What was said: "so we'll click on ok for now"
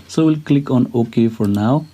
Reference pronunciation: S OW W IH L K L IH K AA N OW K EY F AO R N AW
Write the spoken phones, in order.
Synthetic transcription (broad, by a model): S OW W IH L K L IH K AA N OW K EY F AO R N AW